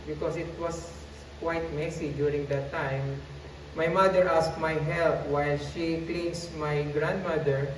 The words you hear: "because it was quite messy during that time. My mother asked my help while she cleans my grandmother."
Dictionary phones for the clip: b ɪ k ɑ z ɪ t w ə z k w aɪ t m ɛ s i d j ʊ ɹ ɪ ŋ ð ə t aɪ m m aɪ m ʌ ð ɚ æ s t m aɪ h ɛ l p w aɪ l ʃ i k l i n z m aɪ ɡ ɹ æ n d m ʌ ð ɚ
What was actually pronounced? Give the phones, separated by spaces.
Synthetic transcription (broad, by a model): b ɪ k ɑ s ɪ t w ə s k w aɪ t m ɛ s i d j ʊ ɹ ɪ ŋ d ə t aɪ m m aɪ m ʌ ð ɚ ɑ s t m aɪ h ɛ l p w aɪ l ʃ i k l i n s m aɪ ɡ ɹ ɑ n d m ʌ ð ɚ